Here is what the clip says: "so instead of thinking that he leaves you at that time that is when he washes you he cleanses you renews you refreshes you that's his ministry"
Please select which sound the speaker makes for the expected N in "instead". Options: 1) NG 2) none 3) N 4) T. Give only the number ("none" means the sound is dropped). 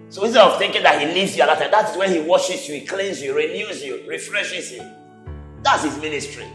2